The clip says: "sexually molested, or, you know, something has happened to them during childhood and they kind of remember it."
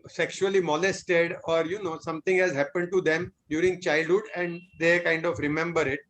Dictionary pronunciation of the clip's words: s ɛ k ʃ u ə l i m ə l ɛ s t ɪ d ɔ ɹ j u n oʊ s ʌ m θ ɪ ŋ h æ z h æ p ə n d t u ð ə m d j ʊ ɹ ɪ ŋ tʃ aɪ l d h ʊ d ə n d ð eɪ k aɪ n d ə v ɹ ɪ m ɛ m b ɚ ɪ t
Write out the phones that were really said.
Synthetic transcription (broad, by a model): s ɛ k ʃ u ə l i m ə l ɛ s t ɪ d ɔ ɹ j u n oʊ s ʌ m t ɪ ŋ h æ z h æ p ə n d t u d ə m d j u ɹ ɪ ŋ tʃ aɪ l d h ʊ d ə n d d eɪ k aɪ n d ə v ɹ ɪ m ɛ m b ɚ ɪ t